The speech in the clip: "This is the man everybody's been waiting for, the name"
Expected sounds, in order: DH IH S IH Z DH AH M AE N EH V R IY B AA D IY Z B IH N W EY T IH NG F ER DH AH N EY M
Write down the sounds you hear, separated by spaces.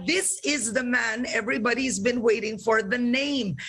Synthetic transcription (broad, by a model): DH IH S IH Z DH AH M AE N EH V R IY B AA D IY Z B IH N W EY T IH NG F ER DH AH N EY M